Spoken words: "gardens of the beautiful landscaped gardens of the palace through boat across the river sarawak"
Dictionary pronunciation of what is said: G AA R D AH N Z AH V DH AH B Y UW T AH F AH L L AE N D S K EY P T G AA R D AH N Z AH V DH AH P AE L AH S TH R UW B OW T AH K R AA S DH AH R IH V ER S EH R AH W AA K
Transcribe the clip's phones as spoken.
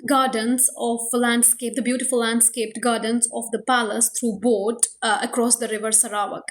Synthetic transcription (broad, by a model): G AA R D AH N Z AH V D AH B Y UW T AH F AH L L AE N D S K EY P T G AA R D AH N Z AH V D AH P AE L AH S T R UW B OW T AH K R AA S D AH R IH V ER S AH R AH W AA K